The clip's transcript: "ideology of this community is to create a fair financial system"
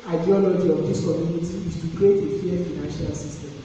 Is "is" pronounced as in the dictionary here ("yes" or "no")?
no